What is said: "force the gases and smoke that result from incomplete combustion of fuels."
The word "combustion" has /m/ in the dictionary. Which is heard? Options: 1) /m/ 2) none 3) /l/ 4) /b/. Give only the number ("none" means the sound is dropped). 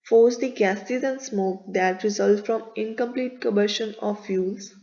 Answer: 2